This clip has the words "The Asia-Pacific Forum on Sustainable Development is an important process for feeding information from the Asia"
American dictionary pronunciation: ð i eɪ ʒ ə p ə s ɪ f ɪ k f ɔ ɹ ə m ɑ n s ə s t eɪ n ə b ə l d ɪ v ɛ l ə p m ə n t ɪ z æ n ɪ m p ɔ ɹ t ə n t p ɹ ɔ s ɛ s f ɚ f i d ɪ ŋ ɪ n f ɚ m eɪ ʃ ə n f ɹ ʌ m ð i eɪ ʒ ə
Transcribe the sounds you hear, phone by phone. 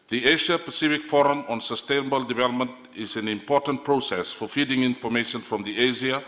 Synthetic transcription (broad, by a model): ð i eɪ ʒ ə p ə s ɪ f ɪ k f ɔ ɹ ə m ɑ n s ə s t eɪ n ə b ə l d ɪ v ɛ l ə p m ə n t ɪ z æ n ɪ m p ɔ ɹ t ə n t p ɹ ɔ s ɛ s f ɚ f i d ɪ ŋ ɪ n f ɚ m eɪ ʃ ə n f ɹ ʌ m ð i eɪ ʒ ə